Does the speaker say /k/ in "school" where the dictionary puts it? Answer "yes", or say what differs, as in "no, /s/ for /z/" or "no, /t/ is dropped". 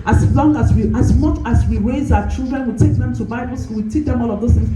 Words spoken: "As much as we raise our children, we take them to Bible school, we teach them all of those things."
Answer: no, /k/ is dropped